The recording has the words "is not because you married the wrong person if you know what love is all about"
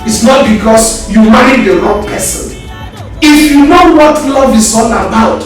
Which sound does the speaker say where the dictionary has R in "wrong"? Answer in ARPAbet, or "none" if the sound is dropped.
L